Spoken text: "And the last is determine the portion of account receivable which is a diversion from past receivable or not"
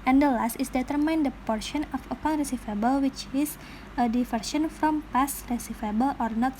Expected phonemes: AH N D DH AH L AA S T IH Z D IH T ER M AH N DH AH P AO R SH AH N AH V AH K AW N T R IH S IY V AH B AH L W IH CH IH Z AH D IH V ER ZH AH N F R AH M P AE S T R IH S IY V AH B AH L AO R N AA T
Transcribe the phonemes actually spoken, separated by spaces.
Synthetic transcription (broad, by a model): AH N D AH L AA S T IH S D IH T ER M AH N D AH P AO R SH AH N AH F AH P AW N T R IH S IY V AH B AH L W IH CH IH S AH D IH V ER SH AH N F R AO M P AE S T R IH S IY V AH B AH L AO R N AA T